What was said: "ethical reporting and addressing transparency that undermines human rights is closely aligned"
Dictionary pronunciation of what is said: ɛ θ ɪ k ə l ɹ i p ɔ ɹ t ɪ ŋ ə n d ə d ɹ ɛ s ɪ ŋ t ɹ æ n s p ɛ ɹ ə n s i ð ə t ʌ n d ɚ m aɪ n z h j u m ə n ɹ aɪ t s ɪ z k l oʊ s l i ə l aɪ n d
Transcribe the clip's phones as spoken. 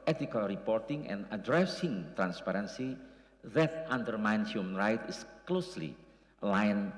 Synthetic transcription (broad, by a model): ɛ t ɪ k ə l ɹ i p ɔ ɹ t ɪ ŋ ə n ə d ɹ ɛ s ɪ ŋ t ɹ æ n s p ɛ ɹ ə n s i ð ə t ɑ n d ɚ m aɪ n s h j u m ə n ɹ aɪ t ɪ s k l oʊ s l i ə l aɪ n